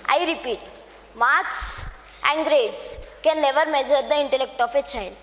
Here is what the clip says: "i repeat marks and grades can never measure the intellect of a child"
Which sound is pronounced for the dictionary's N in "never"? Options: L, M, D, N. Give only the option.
L